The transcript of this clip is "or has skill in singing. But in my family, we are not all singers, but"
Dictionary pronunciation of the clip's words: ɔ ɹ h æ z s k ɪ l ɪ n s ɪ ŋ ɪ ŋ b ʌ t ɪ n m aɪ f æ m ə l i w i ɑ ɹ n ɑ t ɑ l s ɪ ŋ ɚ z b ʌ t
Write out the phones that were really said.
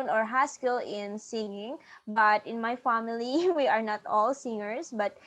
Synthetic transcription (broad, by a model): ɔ ɹ h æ s k ɪ l ɪ n s ɪ ŋ ɪ ŋ b ʌ t ɪ n m aɪ f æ m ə l i w i ɑ ɹ n ɑ t ɑ l s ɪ ŋ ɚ s b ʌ t